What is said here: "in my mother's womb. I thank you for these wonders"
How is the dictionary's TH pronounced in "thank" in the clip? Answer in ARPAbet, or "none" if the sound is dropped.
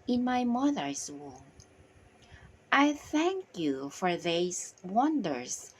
TH